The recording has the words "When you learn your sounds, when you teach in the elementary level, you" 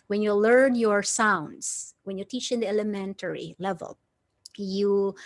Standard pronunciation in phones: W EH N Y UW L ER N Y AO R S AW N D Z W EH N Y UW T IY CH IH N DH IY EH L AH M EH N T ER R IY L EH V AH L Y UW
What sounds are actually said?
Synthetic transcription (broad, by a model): W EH N Y UW L ER N Y AO R S AW N D S W EH N Y UW T IY CH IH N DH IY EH L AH M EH N T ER R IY L EH V AH L Y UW